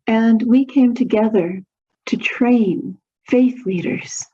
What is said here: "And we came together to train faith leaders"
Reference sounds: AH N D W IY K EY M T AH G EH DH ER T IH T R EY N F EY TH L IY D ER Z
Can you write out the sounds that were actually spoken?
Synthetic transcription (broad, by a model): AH N W IY K EY M T AH G EH DH ER T IH T R EY N F EY TH L IY D ER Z